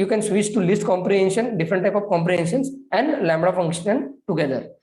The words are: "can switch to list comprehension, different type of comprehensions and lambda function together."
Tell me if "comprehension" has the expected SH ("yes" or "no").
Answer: yes